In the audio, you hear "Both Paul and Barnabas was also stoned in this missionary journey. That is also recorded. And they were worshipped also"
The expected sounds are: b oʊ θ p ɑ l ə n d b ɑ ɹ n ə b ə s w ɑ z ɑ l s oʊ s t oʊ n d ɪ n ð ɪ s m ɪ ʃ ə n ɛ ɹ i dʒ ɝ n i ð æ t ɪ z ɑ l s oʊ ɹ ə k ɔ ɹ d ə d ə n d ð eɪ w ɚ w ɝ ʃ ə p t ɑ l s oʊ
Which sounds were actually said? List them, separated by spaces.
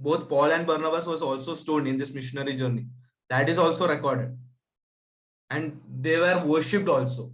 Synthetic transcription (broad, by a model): b oʊ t p ɑ l ə n d b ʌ ɹ n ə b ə s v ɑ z ɑ l s oʊ s t oʊ l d ɪ n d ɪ s m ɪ ʃ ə n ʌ ɹ i dʒ ɝ n i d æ t ɪ z ɑ l s oʊ ɹ ə k ɔ ɹ d ə d ə n d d eɪ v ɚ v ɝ ʃ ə p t ɑ l s oʊ